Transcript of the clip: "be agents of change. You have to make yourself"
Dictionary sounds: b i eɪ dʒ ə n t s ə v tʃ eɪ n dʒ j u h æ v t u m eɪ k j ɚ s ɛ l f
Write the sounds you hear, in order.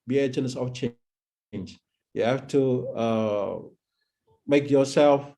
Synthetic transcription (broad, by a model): b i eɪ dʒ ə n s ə f tʃ eɪ n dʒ j u h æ f t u m eɪ k j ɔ s ɛ l f